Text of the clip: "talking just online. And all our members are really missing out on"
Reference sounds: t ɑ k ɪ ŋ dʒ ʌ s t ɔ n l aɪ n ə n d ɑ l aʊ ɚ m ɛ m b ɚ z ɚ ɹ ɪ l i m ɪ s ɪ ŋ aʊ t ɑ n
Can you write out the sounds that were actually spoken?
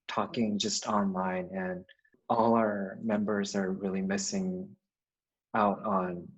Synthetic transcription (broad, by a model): t ɑ k ɪ ŋ dʒ ʌ s t ɔ n l aɪ n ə n ɑ l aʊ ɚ m ɛ m b ɚ z ɚ ɹ ɪ l i m ɪ s ɪ ŋ aʊ t n